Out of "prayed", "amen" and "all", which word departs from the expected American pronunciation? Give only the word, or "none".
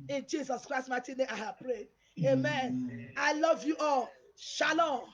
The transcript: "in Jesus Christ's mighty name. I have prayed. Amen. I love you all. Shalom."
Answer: none